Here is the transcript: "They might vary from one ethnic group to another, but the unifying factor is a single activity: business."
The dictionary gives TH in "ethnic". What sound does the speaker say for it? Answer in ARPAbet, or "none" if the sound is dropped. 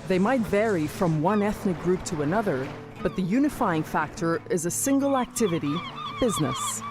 TH